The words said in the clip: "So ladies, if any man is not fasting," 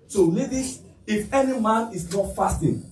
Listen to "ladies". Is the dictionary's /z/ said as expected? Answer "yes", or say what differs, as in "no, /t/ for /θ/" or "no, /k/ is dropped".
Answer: no, /z/ is dropped